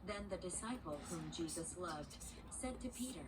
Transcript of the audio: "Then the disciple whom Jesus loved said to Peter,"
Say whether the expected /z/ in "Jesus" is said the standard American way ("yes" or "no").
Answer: yes